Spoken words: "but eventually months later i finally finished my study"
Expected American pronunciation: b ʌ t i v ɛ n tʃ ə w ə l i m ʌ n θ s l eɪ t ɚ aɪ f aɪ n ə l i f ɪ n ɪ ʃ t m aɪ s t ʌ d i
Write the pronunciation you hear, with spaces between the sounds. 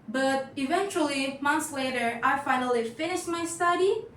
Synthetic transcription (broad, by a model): b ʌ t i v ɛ n tʃ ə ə l i m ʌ n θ s l eɪ t ɚ aɪ f aɪ n ə l i f ɪ n ɪ ʃ t m aɪ s t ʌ d i